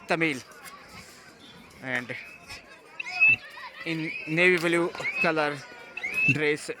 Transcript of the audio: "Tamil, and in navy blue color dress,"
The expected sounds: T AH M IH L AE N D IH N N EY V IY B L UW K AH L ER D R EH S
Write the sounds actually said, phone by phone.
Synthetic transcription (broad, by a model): T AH M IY L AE N D IH N N EY V IY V L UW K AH L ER D R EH S